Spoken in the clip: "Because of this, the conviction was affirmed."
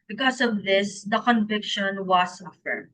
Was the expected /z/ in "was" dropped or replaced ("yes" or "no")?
yes